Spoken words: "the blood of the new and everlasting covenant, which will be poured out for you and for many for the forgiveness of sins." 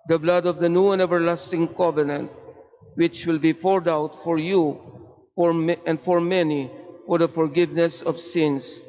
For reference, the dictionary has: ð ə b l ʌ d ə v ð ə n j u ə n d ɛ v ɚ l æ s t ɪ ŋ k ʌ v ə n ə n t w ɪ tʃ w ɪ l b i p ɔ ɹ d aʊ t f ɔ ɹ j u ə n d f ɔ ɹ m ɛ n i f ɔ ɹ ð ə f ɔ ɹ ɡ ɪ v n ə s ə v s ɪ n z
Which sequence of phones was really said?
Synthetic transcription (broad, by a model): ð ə b l ʌ d ə v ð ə n j u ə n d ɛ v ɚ l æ s t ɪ ŋ k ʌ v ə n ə n t w ɪ tʃ w ɪ l b i f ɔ ɹ d aʊ t f ɔ ɹ j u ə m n f ɔ ɹ m ɛ n i f ɔ ɹ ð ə f ɔ ɹ ɡ ɪ v n ə s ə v s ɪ n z